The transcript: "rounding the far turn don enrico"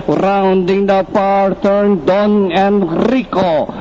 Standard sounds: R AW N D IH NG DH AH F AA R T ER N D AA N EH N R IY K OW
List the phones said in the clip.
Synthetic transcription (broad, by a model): R AW N D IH NG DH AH P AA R T ER N D AA N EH N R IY K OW